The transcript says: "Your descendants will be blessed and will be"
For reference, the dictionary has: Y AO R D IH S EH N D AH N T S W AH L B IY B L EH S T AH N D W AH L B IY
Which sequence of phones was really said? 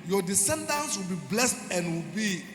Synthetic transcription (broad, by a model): Y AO D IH S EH N D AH N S W AH L B IY B L EH S T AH N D W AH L B IY